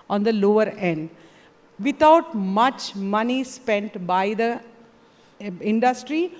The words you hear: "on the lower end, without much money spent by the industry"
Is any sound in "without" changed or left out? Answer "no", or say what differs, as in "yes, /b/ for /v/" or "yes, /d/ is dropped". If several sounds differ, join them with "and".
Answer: yes, /t/ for /θ/